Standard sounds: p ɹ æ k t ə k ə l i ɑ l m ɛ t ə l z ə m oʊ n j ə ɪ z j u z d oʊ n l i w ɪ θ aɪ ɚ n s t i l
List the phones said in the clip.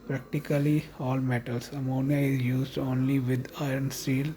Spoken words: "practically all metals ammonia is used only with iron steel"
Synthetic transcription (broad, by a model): p ɹ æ k t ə k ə l i ɑ l m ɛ t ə l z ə m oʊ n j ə ɪ z j u z d oʊ n l i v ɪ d aɪ ɚ n s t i l